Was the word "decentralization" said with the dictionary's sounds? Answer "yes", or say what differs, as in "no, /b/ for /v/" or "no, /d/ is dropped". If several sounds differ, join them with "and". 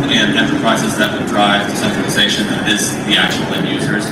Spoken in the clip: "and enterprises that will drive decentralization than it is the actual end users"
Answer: no, /ʃ/ is dropped